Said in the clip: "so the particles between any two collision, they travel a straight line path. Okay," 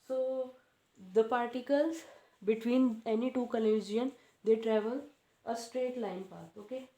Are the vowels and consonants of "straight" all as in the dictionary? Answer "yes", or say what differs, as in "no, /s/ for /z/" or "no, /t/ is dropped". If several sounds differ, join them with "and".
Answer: yes